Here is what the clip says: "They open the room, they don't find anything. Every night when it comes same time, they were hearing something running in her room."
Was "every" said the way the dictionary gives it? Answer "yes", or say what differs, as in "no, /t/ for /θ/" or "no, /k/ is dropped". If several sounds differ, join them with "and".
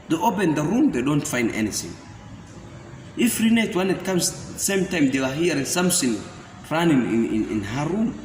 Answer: no, /f/ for /v/